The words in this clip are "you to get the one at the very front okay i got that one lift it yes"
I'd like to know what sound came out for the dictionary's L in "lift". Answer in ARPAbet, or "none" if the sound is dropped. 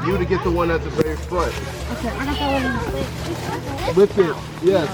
W